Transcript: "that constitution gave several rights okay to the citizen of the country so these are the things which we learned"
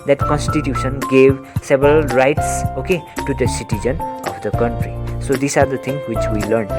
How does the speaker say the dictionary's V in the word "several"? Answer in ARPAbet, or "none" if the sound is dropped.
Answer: B